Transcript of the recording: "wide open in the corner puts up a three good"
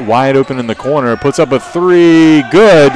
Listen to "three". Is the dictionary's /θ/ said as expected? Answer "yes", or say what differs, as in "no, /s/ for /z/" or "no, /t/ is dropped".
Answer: yes